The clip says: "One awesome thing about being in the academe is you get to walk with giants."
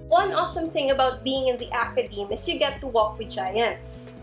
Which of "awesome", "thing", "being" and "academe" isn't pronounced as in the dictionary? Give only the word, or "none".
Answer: none